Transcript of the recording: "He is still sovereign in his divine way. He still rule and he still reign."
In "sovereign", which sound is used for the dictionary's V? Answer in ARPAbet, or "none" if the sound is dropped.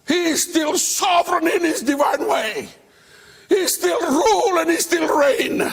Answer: V